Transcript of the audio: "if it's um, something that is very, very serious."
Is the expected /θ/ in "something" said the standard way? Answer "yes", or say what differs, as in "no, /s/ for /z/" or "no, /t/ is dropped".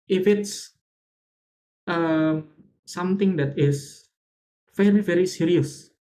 no, /t/ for /θ/